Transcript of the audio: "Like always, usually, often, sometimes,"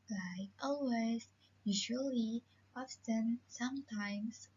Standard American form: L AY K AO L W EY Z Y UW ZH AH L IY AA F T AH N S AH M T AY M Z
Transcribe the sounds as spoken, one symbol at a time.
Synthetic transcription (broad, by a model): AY AO L W EY Z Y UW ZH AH L IY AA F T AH N S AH M T AY M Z